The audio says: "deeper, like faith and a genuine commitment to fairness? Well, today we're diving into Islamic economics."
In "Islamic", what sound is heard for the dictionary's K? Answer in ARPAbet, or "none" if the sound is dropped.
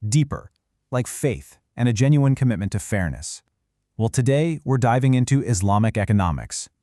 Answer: K